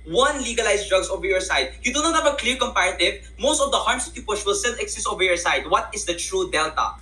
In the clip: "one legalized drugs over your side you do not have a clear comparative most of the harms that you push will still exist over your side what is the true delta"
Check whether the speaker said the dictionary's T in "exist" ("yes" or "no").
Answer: no